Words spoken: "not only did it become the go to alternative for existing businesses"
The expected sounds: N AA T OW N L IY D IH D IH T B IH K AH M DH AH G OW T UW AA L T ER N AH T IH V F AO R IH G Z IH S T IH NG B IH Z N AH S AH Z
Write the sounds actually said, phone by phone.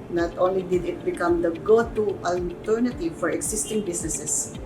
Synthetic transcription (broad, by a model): N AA T OW N L IY D IH D IH T B IH K AH M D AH G OW T UW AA L T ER N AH T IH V F AO R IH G S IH S T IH NG B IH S N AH S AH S